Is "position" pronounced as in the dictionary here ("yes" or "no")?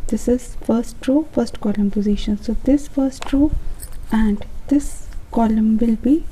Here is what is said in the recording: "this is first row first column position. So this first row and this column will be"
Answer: yes